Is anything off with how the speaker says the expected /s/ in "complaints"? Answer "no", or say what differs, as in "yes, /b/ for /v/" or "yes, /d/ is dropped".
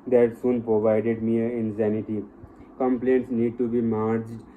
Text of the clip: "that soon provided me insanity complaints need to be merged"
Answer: no